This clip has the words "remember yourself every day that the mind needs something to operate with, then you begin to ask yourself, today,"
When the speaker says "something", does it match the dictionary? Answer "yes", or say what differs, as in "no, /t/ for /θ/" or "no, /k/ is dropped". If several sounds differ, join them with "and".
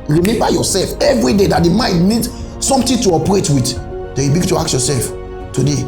no, /t/ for /θ/